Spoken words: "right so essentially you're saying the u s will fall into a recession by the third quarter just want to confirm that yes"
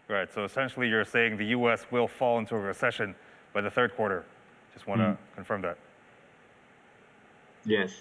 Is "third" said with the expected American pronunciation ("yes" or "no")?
yes